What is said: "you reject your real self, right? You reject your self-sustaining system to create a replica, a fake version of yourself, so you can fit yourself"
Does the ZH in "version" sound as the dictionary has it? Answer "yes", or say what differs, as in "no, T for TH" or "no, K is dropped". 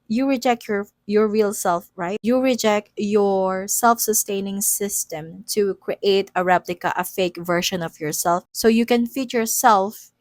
no, SH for ZH